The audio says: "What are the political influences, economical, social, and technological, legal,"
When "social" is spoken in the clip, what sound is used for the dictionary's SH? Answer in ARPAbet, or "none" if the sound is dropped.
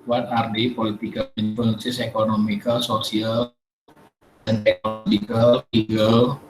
S